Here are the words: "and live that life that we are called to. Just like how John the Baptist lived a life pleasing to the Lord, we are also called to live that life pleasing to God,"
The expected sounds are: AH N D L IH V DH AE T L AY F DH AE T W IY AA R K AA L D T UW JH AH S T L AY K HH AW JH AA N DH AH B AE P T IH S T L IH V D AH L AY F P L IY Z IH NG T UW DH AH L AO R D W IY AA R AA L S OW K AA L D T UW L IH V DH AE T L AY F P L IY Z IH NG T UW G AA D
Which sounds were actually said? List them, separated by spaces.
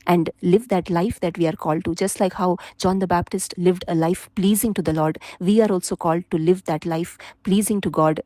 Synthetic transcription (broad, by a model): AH N D L IH V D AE T L AY F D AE T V IY AA R K AA L D T UW JH AH S T L AY K HH AW JH AA N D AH B AE P T IH S T L IH V D AH L AY F P L IY Z IH NG T UW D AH L AO R D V IY AA R AA L S OW K AA L D T UW L IH V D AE T L AY F P L IY Z IH NG T UW G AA D